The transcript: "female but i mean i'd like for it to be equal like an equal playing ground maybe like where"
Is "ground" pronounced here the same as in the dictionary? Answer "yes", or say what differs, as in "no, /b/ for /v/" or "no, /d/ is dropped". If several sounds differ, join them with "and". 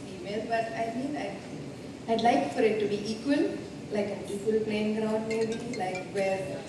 no, /n/ is dropped